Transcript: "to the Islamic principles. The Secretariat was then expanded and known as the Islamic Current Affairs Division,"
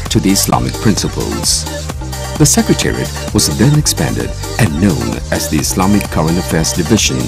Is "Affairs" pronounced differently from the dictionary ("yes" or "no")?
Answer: no